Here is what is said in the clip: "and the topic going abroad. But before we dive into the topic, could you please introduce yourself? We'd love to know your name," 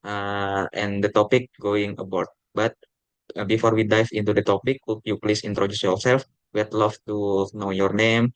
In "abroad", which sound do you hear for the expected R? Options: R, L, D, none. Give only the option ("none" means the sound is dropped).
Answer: none